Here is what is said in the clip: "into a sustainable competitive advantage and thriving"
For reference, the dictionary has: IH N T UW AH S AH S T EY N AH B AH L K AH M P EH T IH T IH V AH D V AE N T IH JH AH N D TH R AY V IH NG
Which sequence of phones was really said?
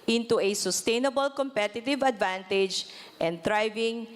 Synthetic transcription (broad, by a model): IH N T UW AH S AH S T EY N AH B AH L K AH M P EH T IH T IH V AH D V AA N T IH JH AH N D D R AY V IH NG